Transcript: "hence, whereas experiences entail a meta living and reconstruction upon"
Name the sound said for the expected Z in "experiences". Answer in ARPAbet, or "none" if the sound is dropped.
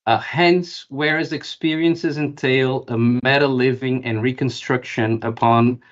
Z